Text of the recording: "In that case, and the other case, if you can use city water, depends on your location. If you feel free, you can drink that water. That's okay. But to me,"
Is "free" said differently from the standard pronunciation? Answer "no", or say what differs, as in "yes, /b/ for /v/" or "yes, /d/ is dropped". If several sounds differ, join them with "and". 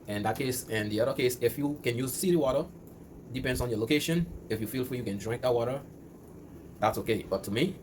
yes, /ɹ/ is dropped